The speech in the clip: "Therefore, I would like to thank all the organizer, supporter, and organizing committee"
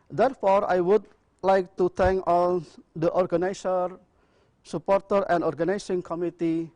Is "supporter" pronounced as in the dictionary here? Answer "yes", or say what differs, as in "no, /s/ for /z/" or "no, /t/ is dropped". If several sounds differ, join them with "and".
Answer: yes